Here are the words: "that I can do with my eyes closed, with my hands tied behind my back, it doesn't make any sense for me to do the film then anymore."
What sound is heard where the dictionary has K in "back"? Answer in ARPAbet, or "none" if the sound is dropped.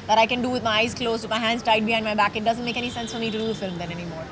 K